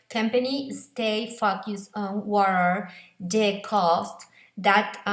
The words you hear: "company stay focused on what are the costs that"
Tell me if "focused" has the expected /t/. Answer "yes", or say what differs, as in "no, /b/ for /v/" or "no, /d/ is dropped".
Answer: no, /t/ is dropped